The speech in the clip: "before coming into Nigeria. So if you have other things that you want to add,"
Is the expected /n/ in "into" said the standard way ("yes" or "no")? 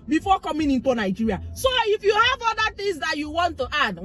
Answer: yes